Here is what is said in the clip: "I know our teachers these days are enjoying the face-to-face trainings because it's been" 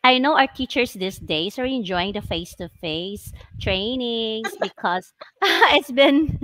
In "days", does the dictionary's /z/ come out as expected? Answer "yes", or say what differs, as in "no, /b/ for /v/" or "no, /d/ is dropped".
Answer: no, /s/ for /z/